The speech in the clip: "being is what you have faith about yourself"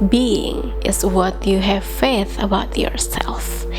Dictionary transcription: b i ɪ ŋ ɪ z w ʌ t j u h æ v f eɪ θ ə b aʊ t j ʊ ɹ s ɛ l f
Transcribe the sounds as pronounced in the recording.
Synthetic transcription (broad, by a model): b i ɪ ŋ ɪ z w ʌ t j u h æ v f eɪ θ ə b aʊ t j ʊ ɹ s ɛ l f